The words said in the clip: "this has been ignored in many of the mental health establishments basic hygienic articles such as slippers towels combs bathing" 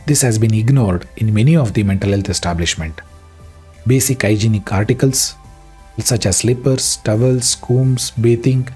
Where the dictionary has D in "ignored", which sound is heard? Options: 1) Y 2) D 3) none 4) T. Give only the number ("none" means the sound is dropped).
2